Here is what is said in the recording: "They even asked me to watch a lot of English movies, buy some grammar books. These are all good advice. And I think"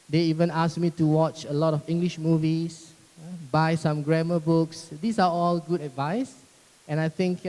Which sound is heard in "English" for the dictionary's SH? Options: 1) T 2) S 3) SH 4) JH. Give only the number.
3